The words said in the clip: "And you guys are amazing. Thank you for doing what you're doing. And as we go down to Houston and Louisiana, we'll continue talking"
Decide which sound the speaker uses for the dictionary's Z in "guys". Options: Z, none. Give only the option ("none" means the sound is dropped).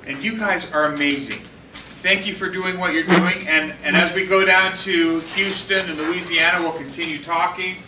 Z